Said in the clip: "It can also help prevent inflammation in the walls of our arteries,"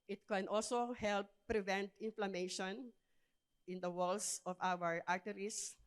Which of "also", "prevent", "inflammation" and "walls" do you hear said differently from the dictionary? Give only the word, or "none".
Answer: walls